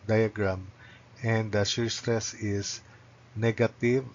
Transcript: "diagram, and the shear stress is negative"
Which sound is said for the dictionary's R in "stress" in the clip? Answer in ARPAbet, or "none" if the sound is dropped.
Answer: R